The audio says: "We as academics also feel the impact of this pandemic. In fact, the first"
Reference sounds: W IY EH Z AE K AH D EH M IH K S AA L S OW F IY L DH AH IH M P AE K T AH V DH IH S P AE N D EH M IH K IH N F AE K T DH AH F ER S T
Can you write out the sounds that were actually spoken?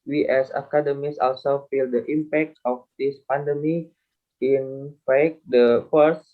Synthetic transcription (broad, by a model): W IY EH S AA K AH D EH M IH S AA L S OW F IY L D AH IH M P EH K T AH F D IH S P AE N D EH M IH IH N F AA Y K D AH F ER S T